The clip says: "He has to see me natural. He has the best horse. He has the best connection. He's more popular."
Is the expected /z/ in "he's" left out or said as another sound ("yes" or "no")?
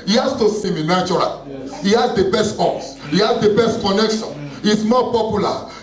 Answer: yes